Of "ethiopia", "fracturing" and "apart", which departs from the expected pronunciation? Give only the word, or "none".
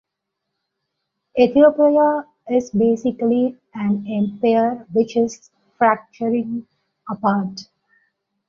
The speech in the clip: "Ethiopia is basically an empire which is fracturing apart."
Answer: ethiopia